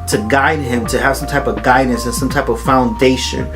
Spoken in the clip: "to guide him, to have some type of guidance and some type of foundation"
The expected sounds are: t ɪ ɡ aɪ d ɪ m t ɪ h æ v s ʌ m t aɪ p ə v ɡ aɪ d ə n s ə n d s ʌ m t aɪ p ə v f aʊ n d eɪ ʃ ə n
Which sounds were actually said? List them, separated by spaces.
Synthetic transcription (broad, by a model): t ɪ ɡ aɪ d ɪ m t ɪ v s ʌ m t aɪ p ə v ɡ aɪ d n s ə n s ʌ m t aɪ p ə v f aʊ n d eɪ ʃ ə n